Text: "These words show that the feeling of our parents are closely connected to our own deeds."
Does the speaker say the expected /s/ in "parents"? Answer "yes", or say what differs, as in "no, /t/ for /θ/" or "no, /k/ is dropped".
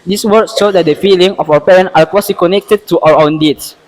no, /s/ is dropped